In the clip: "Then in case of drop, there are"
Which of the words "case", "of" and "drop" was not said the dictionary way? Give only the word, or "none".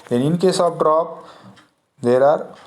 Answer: of